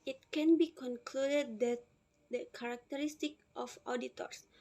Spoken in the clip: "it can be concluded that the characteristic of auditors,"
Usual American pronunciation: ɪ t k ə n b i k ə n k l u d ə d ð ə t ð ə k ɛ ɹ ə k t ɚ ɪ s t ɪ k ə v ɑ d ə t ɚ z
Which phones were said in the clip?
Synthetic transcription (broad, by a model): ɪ t k ə n b i k ə n k l u d ə d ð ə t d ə k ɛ ɹ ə k t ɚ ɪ s t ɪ k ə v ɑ d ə t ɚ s